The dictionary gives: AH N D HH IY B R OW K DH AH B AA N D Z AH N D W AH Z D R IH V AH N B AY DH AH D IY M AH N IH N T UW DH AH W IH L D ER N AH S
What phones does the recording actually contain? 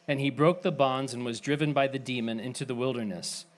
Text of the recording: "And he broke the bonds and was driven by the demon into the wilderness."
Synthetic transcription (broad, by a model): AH N IY B R OW K DH AH B AA N D Z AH N W AH Z D R IH V AH N B AY DH AH D IY M AH N IH N T UW DH AH W IH L D ER N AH S